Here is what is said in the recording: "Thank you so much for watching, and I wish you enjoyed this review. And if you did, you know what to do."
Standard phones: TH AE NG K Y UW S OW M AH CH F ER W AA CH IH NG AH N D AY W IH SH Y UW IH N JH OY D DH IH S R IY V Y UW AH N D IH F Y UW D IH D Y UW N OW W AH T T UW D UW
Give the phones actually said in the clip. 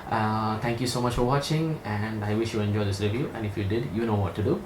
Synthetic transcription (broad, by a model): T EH NG K Y UW S OW M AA CH F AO W AA CH IH NG AH N D AY W IH SH Y UW IH N JH OY D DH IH S R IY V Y UW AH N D IH F Y UW D IH D Y UW N OW W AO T T UW D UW